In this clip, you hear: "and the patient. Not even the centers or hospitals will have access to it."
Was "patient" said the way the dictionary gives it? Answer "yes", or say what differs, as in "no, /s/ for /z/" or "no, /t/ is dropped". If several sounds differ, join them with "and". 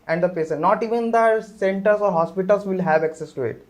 no, /s/ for /ʃ/